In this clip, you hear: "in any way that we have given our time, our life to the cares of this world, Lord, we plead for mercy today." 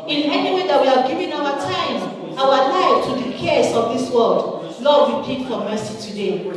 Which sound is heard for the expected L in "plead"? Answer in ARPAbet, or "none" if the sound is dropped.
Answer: none